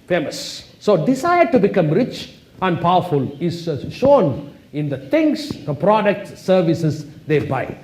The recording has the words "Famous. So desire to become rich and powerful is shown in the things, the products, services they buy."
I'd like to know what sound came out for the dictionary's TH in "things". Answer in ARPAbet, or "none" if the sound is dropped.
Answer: T